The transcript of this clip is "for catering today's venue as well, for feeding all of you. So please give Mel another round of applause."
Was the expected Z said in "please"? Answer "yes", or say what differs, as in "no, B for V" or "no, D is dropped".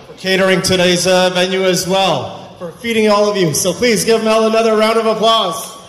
yes